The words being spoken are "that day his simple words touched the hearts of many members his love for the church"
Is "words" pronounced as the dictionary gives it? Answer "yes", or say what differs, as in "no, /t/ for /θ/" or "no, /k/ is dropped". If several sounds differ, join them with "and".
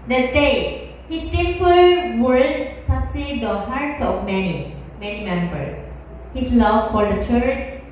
no, /z/ is dropped